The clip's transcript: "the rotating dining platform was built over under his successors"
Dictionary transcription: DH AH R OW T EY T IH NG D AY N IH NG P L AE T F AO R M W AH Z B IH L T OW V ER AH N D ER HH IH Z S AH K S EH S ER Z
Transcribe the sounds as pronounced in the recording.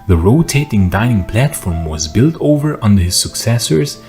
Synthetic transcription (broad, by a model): DH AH R OW T EY T IH NG D AY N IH NG P L AE T F AO R M W AH Z B IH L T OW V ER AH N D ER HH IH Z S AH K S EH S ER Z